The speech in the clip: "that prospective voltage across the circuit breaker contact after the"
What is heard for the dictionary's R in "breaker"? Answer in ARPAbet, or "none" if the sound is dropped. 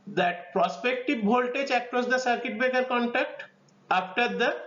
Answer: none